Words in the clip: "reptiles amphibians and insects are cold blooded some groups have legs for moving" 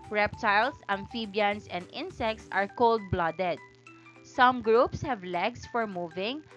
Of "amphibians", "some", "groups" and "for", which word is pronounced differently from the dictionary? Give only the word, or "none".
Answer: amphibians